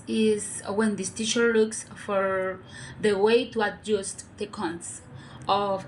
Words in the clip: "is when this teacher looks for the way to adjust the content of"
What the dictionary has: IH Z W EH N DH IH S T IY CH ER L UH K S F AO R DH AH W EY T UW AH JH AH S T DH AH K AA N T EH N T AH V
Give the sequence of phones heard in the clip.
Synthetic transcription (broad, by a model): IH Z W EH N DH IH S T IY SH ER L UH K S F AO R DH AH W EY T UW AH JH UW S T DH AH K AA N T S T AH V